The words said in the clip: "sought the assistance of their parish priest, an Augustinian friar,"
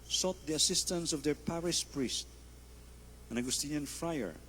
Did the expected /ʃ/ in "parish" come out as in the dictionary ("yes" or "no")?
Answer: no